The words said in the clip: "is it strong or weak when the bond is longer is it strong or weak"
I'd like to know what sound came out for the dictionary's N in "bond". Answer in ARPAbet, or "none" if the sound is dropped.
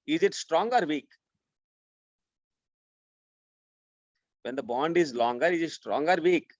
N